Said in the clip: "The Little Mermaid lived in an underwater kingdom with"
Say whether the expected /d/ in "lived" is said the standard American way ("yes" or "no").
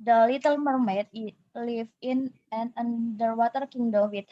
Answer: no